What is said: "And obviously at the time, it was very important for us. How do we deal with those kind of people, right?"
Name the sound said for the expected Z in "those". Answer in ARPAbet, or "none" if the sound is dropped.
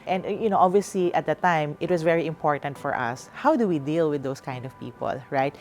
S